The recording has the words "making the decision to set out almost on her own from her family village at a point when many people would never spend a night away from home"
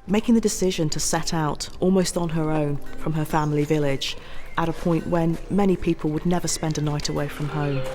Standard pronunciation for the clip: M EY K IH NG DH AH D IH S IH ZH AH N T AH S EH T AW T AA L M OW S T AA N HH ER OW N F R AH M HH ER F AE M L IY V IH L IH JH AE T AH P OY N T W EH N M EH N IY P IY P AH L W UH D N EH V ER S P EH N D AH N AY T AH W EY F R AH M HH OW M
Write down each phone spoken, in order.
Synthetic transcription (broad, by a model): M EY K IH NG DH AH D IH S IH ZH AH N T AH S EH T AW T AA L M OW S T N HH ER OW N F R AH M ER F AE M L IY V IH L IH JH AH T AH P OY N T W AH N M EH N IY P IY P AH L W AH D N EH V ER S P EH N D AH N AY T AH W EY F R AH M HH OW M